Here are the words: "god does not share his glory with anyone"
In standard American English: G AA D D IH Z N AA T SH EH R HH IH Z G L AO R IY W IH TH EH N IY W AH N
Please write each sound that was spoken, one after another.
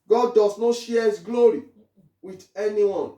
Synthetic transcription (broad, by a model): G AA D D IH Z N AA T SH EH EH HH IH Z G L AO R IY W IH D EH N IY W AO N